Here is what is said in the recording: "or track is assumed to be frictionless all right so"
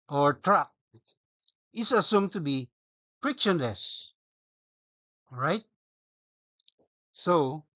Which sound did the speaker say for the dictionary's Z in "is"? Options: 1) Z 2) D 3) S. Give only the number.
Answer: 3